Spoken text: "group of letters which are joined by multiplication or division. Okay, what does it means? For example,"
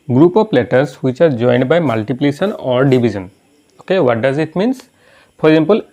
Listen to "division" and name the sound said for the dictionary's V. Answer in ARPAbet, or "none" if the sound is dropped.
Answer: B